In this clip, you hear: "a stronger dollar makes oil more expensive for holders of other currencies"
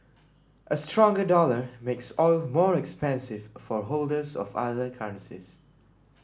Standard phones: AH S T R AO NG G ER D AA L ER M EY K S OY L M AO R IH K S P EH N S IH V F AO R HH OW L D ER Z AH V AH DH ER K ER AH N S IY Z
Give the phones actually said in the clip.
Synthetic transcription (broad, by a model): AH S T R AO NG G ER D AA L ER M EY K S OY L M AO R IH K S P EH N S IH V F AO R HH OW L D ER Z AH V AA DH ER K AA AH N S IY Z